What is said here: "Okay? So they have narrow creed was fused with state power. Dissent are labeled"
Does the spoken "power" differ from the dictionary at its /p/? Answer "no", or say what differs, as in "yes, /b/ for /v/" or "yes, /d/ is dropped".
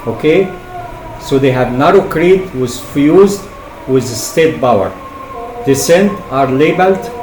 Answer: yes, /b/ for /p/